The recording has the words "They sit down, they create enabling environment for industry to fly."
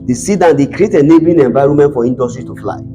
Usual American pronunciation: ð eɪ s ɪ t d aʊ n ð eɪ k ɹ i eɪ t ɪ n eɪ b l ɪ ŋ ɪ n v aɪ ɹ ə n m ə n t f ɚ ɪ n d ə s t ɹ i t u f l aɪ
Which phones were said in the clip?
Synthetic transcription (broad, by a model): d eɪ s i d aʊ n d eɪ k ɹ i eɪ t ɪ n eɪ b ɪ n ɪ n v aɪ ɹ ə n m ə n t f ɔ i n d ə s t ɹ i t u f l aɪ